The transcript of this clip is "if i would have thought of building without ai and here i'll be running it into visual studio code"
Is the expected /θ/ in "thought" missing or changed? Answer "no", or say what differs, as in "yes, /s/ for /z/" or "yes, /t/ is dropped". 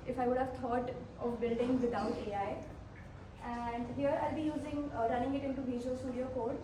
yes, /t/ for /θ/